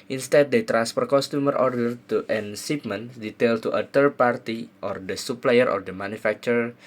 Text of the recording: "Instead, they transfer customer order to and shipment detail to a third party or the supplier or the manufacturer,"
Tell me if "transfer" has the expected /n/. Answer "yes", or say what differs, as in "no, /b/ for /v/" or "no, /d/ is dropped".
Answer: no, /n/ is dropped